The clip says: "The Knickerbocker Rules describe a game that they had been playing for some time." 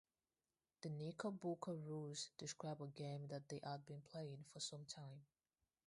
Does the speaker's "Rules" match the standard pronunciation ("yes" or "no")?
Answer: no